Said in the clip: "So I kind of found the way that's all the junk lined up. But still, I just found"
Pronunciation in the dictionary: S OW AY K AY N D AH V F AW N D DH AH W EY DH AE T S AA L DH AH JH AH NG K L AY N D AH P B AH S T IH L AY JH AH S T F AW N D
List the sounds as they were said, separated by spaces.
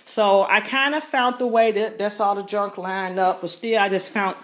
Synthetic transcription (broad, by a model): S OW AY K AY N D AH F AW N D DH AH W EY DH AE T S AA L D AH JH AH NG K L AY N AH P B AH S T IH L AY JH AH S T F AW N